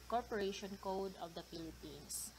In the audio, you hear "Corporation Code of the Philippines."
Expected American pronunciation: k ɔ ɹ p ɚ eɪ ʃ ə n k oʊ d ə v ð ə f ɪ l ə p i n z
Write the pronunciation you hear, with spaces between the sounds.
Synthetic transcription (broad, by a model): k ɔ ɹ p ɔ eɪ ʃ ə n k oʊ d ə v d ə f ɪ l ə p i n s